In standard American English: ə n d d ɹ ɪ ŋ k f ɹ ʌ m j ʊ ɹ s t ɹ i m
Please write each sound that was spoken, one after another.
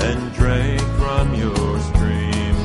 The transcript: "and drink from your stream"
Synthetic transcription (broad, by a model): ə n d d ɹ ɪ k f ɹ ʌ m j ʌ ɹ s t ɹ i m